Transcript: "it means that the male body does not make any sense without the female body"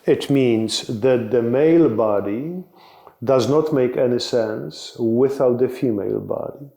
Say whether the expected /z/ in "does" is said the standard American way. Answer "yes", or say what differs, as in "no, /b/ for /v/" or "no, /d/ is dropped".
yes